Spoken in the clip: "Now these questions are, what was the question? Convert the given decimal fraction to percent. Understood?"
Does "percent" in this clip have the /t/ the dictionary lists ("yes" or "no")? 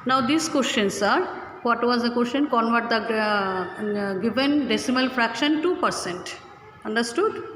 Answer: yes